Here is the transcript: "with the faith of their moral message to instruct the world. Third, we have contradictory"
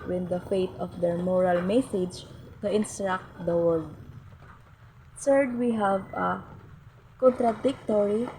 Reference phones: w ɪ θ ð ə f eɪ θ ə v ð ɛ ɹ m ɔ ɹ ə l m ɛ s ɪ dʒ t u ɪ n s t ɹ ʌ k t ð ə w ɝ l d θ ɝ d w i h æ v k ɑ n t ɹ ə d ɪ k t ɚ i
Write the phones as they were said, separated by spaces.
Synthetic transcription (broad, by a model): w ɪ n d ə f eɪ t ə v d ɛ ɹ m ɔ ɹ ə l m ɛ s ɪ dʒ t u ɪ n s t ɹ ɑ k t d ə w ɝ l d s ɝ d w i h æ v k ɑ n t ɹ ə d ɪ k t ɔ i